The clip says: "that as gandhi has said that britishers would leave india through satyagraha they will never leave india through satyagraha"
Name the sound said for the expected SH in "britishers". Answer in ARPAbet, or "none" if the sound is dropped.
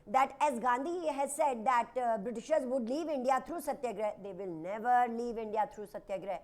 SH